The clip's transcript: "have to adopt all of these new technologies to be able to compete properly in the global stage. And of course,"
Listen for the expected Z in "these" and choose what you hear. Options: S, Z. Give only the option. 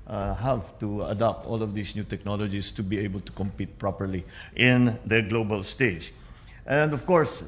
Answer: S